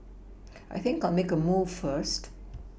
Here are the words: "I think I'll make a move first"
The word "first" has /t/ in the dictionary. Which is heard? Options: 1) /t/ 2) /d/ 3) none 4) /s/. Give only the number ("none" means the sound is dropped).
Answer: 1